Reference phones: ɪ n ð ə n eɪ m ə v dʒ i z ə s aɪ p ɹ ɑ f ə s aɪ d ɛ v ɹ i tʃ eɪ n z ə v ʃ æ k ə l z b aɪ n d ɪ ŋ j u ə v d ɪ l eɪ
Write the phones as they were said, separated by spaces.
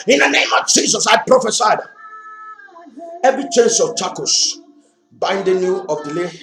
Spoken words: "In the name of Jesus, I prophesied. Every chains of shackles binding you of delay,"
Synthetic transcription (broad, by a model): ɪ n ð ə n eɪ m ə v dʒ i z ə s aɪ p ɹ ɑ f ə s aɪ d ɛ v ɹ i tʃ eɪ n s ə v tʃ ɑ k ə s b aɪ n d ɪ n j u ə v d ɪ l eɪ